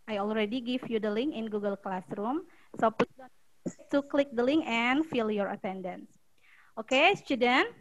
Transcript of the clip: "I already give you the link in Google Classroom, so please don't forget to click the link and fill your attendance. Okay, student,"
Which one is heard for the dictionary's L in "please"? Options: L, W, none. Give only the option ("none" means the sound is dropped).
none